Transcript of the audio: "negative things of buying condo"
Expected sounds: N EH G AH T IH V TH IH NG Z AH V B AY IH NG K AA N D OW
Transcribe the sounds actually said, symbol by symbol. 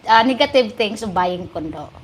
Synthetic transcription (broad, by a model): N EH G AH T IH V T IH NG S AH B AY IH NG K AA N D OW